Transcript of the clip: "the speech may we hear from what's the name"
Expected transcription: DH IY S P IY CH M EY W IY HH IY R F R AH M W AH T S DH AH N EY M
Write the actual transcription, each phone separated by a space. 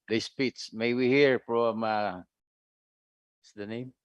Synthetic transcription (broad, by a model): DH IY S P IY S M EY W IY HH IY R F R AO M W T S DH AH N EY M